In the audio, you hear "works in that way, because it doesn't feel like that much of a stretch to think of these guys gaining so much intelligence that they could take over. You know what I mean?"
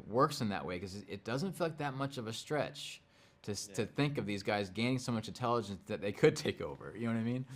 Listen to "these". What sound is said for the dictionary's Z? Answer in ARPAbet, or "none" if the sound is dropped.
Z